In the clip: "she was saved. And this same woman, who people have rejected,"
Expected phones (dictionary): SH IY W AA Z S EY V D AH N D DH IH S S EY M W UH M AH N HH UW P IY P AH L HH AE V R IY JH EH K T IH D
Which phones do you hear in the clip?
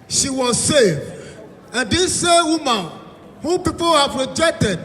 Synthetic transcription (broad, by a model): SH IY W AA Z S EY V AH N D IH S S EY W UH M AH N HH UW P IY P AH L HH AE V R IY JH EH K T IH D